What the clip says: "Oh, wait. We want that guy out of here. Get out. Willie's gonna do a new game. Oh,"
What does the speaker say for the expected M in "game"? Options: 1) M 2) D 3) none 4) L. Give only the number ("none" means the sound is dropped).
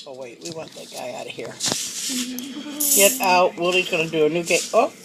3